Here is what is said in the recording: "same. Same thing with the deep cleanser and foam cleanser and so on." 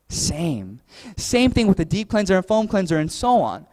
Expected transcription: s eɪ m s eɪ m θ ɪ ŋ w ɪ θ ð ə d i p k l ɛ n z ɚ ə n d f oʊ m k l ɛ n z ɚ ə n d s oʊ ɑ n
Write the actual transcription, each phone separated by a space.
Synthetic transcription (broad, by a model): s eɪ m s eɪ m θ ɪ ŋ w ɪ ð ə d i p k l ɛ n z ɚ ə n f oʊ m k l ɛ n z ɚ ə n s oʊ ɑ n